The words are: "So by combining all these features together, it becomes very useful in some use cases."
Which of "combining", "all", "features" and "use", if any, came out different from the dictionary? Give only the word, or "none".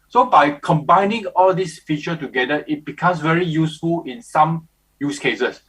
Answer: features